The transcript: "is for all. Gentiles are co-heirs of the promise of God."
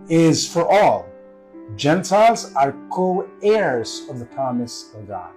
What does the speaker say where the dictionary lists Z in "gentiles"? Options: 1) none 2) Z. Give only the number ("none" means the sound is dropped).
2